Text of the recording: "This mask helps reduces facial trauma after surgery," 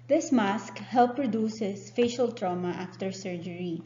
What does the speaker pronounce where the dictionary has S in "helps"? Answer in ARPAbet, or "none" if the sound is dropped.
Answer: none